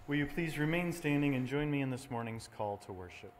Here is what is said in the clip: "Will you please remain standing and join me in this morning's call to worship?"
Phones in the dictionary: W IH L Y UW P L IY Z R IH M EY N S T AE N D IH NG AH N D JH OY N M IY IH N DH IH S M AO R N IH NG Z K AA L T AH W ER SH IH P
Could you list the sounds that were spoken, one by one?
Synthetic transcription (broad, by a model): W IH L Y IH P L IY Z R IH M EY N S T AE N D IH NG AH N JH OY N M IY IH N DH IH S M AO R N IH NG Z K AA L T AH W ER SH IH P